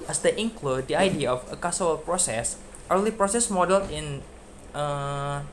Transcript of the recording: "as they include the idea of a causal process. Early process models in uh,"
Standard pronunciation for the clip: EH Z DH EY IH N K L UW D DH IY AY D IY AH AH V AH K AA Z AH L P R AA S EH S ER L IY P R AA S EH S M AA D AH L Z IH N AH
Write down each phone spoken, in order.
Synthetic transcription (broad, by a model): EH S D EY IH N K L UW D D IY AY D IY AH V AH K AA S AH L P R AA S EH S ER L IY P R AA S EH S M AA D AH L IH N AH